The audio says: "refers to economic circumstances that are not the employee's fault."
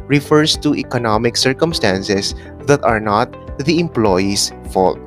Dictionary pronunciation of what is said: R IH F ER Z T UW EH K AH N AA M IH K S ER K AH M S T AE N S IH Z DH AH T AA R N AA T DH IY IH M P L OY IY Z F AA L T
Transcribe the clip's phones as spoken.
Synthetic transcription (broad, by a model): R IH F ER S T UW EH K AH N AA M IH K S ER K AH M S T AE N S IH S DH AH T AA R N AA T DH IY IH M P L OY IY S F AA L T